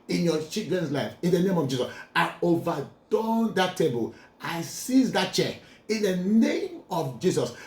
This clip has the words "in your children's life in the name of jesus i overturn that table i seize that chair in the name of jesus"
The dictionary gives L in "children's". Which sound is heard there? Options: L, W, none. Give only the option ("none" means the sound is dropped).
none